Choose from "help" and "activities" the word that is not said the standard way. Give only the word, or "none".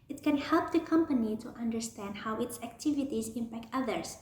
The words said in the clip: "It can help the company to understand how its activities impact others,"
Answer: none